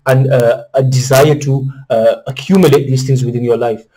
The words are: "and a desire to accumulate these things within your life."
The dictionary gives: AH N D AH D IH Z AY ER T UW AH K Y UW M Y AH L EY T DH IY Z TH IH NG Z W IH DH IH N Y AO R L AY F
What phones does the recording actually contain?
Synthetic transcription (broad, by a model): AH N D AH D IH Z AY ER T UW AH K Y UW M Y AH L EY T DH IY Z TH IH NG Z W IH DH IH N Y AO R L AY F